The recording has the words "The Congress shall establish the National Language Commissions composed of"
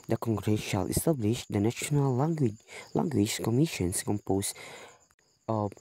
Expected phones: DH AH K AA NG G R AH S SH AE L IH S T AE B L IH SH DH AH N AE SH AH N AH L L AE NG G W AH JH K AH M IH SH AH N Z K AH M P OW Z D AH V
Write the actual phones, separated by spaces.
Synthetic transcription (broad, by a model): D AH K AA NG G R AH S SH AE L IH S T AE B L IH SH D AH N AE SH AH N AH L L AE NG G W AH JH K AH M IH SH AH N S K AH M P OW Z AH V